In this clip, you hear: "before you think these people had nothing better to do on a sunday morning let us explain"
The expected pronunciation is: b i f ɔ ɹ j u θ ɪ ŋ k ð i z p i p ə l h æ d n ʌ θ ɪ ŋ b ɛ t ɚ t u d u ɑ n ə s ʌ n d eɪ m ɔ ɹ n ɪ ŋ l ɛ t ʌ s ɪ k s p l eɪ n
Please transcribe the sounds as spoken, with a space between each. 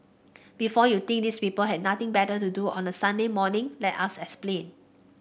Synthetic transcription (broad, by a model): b i f ɔ j u t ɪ ŋ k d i s p i p ə l h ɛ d n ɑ t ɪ ŋ b ɛ t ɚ t u d u ɑ n ə s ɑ n d eɪ m ɔ n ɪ ŋ l ɛ t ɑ s ɪ k s p l eɪ n